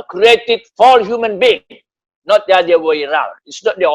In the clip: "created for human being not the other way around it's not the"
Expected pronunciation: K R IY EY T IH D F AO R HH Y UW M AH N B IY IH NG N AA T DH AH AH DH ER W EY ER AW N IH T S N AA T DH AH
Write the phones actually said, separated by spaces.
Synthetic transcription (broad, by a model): K R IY EY T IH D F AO L HH Y UW M AH N B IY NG N AA T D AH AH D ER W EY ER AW L IH T S N AA T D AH